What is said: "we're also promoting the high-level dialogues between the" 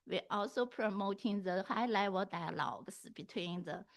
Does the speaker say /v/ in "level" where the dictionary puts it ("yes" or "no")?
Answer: no